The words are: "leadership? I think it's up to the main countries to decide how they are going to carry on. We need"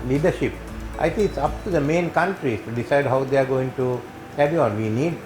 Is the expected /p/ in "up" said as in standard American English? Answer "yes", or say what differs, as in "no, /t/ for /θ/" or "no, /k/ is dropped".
yes